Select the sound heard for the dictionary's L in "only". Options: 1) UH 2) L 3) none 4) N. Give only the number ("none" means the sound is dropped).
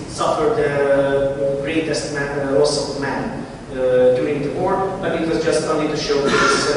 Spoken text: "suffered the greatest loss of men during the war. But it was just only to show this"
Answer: 3